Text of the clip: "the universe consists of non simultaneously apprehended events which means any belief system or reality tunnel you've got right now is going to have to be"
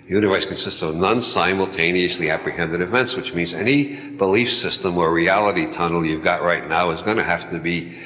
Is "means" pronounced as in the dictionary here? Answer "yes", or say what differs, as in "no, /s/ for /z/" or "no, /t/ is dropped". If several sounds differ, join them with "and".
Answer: yes